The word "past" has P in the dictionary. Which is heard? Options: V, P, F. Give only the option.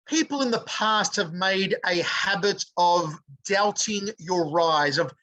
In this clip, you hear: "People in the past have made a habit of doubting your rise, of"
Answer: P